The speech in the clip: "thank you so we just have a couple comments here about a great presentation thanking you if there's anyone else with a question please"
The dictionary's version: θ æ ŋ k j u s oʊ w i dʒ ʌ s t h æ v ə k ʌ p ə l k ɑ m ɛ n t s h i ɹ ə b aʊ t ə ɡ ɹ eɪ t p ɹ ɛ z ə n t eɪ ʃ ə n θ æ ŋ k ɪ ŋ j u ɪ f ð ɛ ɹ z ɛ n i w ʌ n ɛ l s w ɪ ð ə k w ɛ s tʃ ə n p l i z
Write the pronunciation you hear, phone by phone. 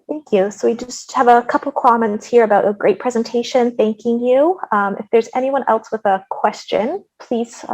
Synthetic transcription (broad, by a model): θ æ ŋ k j u s oʊ w i dʒ ʌ s t h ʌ v ə k ʌ p l k ɑ m ɛ n t s h i ɹ ə b aʊ t ə ɡ ɹ eɪ t p ɹ ɛ z ə n t eɪ ʃ ə n θ æ ŋ k ɪ ŋ j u ɪ f ð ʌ ɹ z ɛ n i w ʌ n ɛ l s w ɪ ð ə k w ɛ s tʃ ə n p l i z